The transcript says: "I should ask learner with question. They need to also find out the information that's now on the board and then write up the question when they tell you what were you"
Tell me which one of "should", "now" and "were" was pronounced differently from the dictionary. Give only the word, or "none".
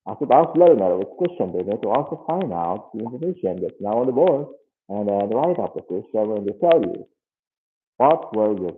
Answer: should